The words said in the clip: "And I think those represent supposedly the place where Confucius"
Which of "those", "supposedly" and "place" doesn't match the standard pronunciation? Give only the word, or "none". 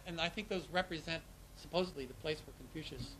none